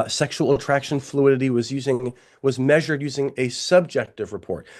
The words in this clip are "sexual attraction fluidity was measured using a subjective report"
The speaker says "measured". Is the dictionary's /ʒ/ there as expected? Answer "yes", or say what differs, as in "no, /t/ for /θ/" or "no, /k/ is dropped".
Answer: yes